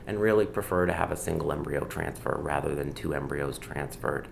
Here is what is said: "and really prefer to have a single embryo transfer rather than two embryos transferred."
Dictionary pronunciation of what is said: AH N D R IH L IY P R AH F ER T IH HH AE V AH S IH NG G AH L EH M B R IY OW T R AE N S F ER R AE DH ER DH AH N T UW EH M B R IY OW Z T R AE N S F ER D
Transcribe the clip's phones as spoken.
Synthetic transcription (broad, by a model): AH N R IH L IY P R AH F ER T IH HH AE V AH S IH NG G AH L EH M B R IY OW T R AE N S F ER R AE DH ER DH AH N T UW EH M B R IY OW Z T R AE N S F ER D